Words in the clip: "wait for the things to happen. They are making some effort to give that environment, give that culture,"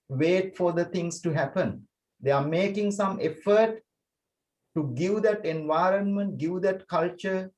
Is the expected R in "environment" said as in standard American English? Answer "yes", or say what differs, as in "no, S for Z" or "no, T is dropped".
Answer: yes